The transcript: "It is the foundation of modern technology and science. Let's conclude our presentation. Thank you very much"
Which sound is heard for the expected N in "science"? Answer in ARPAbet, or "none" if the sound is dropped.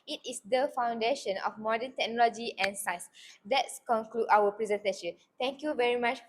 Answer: none